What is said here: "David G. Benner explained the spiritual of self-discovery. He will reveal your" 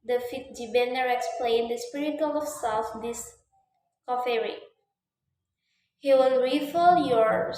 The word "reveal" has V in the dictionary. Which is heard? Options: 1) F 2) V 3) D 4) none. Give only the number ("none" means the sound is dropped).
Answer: 1